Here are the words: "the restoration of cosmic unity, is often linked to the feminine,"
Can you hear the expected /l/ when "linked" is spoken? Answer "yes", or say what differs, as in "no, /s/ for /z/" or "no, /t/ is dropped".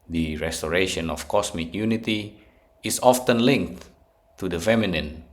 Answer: yes